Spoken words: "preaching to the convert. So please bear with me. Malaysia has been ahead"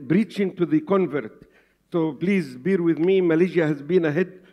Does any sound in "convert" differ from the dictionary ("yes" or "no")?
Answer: no